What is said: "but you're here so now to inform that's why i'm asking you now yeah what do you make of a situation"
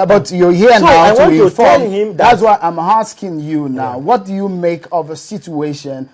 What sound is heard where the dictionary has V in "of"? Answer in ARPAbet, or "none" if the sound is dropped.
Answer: V